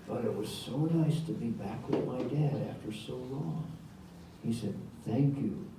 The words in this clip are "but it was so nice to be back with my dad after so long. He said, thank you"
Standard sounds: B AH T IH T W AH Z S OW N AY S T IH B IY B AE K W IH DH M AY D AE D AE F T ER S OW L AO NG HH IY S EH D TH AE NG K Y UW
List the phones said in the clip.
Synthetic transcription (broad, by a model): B AH T IH T W AH Z S OW N AY S T IH B IY B AE K W IH DH M AY D AE D AE F T ER S OW L AO NG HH IY S EH D TH AE NG K Y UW